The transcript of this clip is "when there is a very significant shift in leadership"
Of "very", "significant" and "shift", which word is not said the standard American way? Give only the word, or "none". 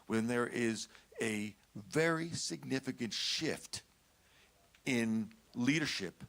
none